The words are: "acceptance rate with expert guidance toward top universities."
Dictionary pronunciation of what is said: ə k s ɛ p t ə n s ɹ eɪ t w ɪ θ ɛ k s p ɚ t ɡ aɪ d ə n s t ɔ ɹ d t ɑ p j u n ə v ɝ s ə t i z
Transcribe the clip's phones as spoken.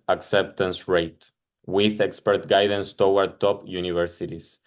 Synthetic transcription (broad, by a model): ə k s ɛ p t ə n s ɹ eɪ t w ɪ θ ɛ k s p ɚ t ɡ aɪ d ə n s t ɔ w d t ɑ p j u n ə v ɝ s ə t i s